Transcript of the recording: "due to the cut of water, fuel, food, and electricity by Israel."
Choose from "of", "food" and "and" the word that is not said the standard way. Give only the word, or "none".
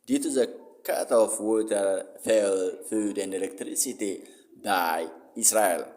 of